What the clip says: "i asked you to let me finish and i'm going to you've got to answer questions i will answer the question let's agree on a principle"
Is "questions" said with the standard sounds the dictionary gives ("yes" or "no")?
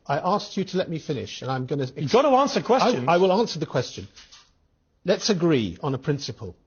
no